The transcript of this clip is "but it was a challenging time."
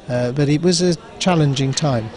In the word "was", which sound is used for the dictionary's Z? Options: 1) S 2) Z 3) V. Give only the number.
2